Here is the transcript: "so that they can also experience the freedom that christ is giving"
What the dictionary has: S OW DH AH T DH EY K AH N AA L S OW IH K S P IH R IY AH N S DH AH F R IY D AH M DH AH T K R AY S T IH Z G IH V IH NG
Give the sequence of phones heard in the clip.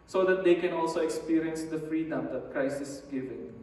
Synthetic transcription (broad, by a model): S OW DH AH T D EY K AH N AA L S OW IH K S P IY R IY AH N S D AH F R IY D AH M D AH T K R AY S IH S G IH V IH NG